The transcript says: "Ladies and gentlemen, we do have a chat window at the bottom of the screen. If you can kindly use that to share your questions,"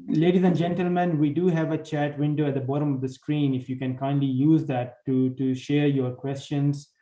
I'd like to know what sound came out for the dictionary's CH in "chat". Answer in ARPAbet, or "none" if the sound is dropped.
CH